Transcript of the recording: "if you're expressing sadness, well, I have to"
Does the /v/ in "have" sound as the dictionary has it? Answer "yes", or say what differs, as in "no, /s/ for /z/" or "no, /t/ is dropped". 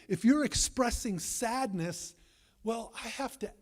no, /f/ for /v/